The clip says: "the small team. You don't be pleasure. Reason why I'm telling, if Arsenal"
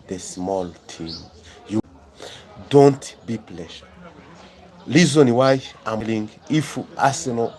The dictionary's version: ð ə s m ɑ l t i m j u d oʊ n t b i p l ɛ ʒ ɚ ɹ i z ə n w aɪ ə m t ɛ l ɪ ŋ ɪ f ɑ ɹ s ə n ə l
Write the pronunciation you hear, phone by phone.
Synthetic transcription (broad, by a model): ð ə s m ɑ l t i m j u d oʊ n t b i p l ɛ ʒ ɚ l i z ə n w aɪ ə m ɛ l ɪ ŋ ɪ f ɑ s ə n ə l